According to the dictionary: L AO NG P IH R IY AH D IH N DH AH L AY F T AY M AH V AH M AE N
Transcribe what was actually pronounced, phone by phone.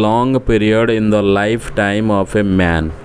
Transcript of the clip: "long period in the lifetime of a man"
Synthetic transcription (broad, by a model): L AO NG P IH R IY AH D IH N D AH L AY F T AY M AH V AH M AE N